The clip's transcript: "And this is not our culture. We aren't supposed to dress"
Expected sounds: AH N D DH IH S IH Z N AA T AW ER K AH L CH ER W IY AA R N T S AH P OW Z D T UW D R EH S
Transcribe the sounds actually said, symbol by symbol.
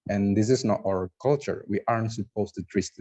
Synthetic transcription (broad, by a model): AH N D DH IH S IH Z N AA T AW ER K AH L CH ER W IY AA R N T S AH P OW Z T UW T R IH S